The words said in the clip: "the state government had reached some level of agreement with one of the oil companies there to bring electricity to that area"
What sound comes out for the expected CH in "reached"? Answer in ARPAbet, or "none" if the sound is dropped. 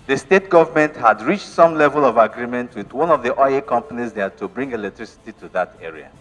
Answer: CH